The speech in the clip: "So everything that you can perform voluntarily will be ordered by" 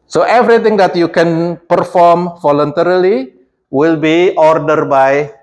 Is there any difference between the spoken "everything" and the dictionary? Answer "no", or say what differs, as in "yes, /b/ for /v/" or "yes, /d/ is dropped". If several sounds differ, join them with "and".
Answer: yes, /t/ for /θ/